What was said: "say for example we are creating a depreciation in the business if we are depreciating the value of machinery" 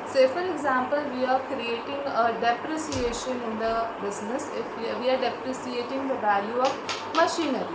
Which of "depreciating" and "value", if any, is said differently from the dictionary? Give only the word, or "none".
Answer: depreciating